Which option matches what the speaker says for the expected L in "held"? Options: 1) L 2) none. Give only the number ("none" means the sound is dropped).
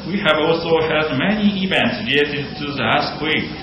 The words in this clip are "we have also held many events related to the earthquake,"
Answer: 2